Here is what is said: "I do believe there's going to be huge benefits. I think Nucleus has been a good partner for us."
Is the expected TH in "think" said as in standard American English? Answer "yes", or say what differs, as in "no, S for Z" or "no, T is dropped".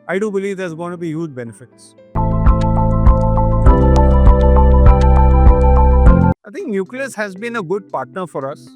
no, T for TH